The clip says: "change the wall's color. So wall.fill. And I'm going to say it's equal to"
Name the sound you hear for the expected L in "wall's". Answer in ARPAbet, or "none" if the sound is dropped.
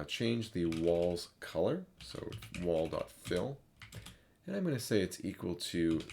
L